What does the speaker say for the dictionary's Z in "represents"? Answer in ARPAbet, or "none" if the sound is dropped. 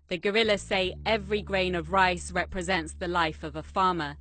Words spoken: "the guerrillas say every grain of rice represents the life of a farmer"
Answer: Z